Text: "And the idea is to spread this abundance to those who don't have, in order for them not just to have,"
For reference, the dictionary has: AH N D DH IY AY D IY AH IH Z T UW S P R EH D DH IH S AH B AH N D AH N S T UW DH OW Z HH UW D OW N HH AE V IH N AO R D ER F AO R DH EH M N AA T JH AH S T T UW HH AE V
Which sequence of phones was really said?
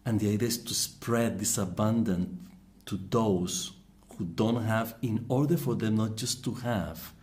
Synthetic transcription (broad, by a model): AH N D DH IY AY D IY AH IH S T UW S P R EH D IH S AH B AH N D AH N T UW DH OW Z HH UW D OW N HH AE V IH N AO R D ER F AO R DH EH M N AA T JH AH S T T UW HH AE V